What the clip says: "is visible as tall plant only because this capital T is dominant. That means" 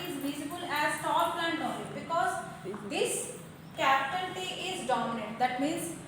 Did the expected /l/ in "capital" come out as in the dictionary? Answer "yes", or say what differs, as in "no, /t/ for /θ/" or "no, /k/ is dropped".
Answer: no, /n/ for /l/